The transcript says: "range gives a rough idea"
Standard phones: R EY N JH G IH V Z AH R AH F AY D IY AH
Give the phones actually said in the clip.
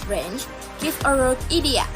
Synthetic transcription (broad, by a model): R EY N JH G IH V AH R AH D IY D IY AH